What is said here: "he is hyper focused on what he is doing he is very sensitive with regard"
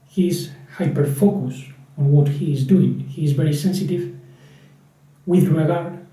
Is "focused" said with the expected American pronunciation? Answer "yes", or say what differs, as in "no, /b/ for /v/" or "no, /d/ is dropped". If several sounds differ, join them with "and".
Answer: no, /t/ is dropped